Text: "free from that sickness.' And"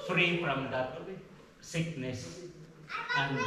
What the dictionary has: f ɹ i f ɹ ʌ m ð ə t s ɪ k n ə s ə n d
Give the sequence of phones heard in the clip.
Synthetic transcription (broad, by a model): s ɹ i p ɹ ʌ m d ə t s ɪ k n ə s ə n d